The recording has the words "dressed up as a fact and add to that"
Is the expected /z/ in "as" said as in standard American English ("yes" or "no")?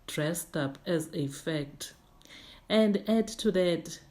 yes